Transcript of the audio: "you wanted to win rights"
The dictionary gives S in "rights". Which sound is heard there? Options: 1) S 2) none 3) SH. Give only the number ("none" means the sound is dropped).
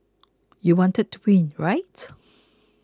2